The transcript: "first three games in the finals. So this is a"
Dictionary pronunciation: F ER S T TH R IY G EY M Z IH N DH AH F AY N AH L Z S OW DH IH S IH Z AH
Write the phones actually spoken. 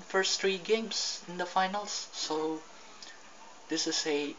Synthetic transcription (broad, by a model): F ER S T R IY G EY M S IH N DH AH F AY N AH L S OW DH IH S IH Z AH